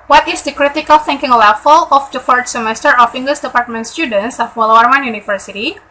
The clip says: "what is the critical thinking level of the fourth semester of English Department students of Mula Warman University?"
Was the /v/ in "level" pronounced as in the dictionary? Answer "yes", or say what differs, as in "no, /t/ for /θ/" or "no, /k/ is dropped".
no, /f/ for /v/